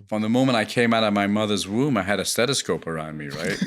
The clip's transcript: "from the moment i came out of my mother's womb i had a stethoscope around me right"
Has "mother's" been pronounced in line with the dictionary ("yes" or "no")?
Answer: yes